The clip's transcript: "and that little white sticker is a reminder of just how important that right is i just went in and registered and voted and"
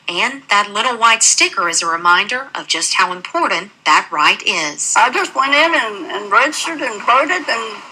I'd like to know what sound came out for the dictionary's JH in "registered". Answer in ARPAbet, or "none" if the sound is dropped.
CH